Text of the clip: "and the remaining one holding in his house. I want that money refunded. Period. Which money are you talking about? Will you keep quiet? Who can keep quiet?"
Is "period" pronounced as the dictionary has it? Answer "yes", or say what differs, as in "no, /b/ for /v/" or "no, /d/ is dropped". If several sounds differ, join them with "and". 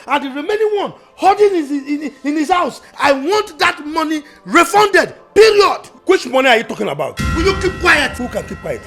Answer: no, /l/ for /ɹ/